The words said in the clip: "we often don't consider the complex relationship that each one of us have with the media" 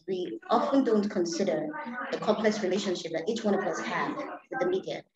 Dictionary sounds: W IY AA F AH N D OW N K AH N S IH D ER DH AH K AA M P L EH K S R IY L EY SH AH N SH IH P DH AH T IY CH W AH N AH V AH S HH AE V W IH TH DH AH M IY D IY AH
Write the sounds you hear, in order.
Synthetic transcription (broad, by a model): W IY AA F AH N D OW N K AH N S IH D ER DH AH K AA M P L EH K S R IY L EY SH AH N SH IH P DH AH T IY CH W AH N AH V AH S HH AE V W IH DH AH M IY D IY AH